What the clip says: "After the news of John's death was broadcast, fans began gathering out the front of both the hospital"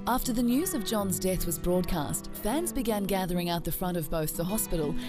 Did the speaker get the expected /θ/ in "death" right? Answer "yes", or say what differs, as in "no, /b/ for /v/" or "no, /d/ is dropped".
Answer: yes